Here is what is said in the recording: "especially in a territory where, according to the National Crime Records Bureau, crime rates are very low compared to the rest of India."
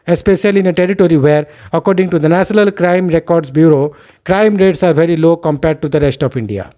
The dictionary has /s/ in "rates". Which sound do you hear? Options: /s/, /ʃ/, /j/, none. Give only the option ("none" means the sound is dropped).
/s/